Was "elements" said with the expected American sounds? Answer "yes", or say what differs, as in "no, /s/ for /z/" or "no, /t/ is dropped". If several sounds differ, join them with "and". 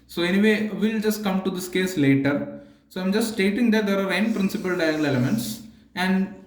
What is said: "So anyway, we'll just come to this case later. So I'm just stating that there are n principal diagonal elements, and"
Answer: no, /l/ is dropped